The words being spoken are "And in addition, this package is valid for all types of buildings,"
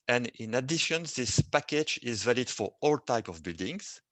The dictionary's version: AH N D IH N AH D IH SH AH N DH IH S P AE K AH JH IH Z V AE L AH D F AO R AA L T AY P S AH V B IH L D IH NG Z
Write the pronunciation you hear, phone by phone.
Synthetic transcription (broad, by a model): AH N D IH N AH D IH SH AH N DH IH S P AE K AH JH IH Z V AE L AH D F AO R AA L T AY P AH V B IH L D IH NG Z